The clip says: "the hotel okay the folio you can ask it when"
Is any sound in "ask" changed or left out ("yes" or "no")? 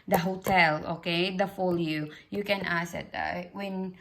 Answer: yes